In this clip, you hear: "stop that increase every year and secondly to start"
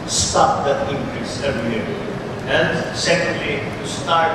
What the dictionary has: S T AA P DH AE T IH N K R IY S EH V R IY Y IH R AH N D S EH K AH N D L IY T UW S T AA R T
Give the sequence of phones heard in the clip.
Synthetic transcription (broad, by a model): S T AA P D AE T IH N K R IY S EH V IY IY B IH L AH N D S EH K AH N D L IY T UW S T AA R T